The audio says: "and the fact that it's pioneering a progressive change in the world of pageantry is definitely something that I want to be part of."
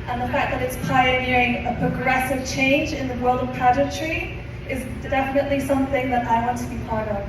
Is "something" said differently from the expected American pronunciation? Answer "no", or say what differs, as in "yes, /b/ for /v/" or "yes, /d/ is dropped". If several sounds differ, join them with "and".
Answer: no